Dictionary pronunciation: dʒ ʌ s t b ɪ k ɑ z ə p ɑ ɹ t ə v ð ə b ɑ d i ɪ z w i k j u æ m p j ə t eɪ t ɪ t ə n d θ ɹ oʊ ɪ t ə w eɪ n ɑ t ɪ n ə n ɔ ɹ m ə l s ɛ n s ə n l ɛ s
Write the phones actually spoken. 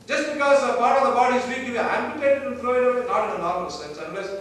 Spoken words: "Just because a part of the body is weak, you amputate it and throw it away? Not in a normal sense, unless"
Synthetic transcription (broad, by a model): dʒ ʌ s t b ɪ k ɑ z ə p ɑ ɹ t ə v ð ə b ɑ d i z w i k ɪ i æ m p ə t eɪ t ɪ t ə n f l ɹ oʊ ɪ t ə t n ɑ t ɪ n ə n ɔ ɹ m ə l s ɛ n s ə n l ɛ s